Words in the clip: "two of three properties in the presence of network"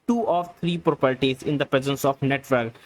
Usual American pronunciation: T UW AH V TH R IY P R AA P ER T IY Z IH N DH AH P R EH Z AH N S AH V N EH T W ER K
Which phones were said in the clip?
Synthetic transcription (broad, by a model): T UW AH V T R IY P R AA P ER T IY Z IH N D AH P R EH Z AH N S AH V N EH T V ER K